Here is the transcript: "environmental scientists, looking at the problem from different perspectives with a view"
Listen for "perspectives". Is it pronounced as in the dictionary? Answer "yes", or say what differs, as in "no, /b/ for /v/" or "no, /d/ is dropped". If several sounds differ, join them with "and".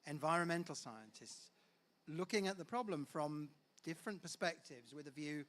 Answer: yes